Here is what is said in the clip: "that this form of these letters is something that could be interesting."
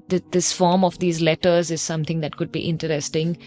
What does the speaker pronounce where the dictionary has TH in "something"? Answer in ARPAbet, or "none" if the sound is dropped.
T